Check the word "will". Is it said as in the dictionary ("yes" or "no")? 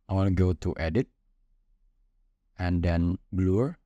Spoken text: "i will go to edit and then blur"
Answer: no